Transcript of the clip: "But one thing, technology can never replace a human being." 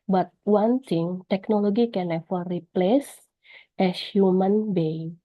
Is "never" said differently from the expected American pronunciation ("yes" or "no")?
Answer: yes